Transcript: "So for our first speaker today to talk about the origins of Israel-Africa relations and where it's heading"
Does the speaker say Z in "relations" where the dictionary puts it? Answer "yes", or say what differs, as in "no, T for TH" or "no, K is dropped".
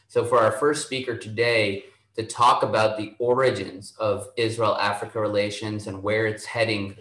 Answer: yes